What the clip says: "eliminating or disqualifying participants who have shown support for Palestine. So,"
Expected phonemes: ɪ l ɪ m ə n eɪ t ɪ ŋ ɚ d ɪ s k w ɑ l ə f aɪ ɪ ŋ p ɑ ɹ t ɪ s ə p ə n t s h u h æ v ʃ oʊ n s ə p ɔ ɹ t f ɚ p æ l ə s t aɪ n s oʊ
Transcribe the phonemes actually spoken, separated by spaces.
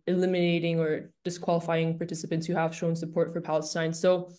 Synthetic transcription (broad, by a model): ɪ l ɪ m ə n eɪ t ɪ ŋ ɚ d ɪ s k w ɑ l ə f aɪ ɪ ŋ p ɑ ɹ t ɪ s ə p ə n t s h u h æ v ʃ oʊ n s ə p ɔ ɹ t f ɚ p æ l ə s s aɪ n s oʊ